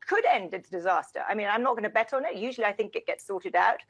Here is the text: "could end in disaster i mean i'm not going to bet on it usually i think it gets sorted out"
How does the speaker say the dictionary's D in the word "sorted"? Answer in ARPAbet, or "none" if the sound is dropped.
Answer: D